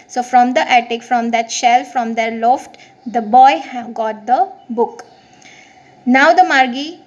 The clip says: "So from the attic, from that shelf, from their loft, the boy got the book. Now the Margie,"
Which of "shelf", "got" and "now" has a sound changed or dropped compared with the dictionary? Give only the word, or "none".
none